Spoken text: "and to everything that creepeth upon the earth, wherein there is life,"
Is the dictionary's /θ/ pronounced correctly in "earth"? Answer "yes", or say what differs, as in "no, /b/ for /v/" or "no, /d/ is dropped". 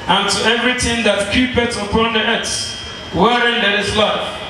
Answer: no, /s/ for /θ/